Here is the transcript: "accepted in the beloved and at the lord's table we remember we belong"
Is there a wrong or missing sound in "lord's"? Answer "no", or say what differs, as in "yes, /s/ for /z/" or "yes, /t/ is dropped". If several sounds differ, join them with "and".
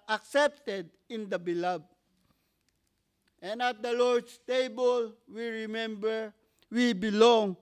yes, /s/ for /z/